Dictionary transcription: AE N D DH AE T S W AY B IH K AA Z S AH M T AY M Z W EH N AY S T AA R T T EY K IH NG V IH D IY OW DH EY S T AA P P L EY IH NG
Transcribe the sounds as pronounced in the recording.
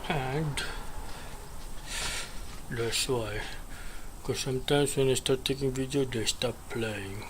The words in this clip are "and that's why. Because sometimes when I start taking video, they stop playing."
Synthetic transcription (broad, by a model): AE N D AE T S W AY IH K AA S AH M T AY M S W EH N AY S T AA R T T EY K IH NG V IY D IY OW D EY S T AA P P L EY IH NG